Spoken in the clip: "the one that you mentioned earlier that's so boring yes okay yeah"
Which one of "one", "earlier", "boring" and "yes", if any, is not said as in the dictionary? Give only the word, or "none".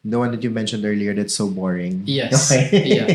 yes